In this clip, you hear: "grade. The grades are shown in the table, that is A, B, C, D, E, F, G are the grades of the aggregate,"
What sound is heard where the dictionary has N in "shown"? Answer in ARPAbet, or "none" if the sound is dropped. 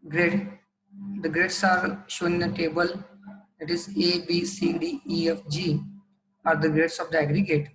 none